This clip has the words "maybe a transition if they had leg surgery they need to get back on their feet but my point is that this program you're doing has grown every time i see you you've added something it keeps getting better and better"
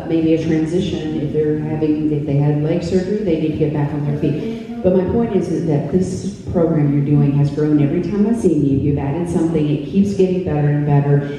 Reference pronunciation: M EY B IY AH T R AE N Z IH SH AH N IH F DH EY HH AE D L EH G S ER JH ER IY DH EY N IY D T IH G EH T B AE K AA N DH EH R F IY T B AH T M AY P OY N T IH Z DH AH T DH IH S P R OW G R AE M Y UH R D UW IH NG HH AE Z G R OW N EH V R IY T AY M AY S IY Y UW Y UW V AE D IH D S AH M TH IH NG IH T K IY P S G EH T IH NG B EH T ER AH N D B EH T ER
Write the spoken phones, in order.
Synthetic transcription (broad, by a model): M EY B IY AH T R AE N Z IH SH AH N IH F DH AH HH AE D L EH G S ER JH ER IY DH EY N IY D T IH G EH T B AE K N DH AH R F IY T B AH T M AY P OY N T IH Z DH AH T DH IH S P R OW G R AE M Y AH R D UW IH NG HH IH Z G R OW N EH V R IY T AY M AY S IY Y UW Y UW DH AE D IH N S AH M TH IH NG IH T K IY P S G EH T IH NG B EH T ER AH N B EH T ER